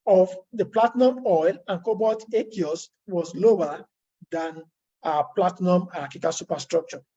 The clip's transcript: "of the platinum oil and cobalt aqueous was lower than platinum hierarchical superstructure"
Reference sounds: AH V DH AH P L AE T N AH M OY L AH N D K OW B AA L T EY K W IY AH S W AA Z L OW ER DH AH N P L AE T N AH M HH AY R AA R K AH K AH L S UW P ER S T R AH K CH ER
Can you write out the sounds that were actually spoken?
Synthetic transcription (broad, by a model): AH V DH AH P L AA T N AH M OY L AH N K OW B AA T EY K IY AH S W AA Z L OW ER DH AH N P L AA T N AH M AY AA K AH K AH S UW P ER S T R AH K CH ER